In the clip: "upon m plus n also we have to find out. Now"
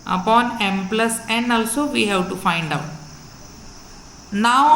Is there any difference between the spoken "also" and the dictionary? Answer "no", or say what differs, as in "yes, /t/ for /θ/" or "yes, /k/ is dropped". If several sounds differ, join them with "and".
no